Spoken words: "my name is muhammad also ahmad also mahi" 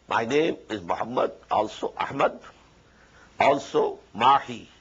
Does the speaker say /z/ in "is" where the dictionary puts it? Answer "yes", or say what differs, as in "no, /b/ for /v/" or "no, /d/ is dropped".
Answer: yes